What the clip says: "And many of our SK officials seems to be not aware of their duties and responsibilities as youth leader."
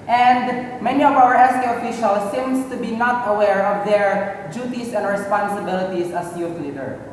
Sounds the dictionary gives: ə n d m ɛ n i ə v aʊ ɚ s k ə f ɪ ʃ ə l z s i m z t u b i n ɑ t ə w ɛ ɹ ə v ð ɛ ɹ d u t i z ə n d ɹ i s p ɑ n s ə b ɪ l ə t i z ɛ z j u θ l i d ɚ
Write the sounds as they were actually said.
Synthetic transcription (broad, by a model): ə n d m ɛ n i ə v aʊ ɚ s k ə f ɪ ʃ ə l s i m s t u b i n ɑ t ə w ɛ ɹ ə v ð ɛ ɹ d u t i s ə n d ɹ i s p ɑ n s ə b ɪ l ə t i s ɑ s j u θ l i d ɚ